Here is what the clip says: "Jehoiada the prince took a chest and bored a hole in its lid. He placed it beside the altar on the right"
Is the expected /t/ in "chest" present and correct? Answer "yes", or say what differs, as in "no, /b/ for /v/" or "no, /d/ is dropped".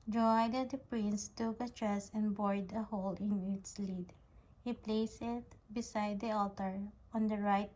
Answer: no, /t/ is dropped